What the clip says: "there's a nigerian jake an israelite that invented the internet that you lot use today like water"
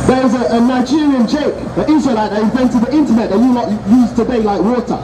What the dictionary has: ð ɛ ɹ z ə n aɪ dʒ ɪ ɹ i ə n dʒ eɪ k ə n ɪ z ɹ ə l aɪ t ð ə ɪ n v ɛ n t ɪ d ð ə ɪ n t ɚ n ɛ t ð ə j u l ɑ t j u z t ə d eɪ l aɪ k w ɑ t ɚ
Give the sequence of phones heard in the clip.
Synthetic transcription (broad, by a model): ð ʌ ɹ z ə n aɪ dʒ ɪ ɹ i ə n tʃ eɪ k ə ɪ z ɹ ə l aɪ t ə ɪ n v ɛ n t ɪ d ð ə ɪ n t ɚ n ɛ t ð ə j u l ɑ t j u z t ə d eɪ l aɪ k w ɑ t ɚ